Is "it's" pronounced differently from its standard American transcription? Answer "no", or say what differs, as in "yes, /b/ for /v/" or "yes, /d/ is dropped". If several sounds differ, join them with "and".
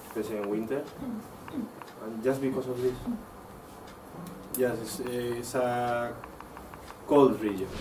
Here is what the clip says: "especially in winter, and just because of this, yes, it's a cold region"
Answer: yes, /s/ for /t/